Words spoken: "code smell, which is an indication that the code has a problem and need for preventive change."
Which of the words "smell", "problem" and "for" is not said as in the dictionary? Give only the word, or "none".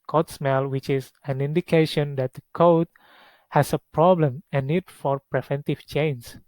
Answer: none